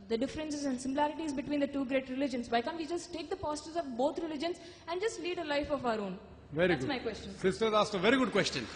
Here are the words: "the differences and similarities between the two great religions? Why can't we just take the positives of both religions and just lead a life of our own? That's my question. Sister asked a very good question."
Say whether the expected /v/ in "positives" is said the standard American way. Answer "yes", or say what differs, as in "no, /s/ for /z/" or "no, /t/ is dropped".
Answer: no, /v/ is dropped